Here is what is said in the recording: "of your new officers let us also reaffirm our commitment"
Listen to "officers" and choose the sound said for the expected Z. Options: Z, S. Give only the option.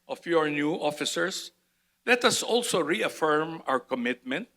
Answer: S